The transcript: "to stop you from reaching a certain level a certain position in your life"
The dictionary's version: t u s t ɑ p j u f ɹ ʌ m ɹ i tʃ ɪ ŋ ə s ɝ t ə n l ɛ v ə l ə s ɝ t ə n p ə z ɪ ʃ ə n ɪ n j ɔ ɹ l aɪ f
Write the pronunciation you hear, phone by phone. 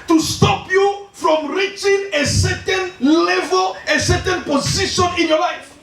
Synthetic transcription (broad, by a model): t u s t ɑ p j u f ɹ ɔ m ɹ i tʃ ɪ ŋ ə s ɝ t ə n l ɛ v ə l ə s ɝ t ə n p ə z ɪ ʃ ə n ɪ n j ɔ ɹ l aɪ f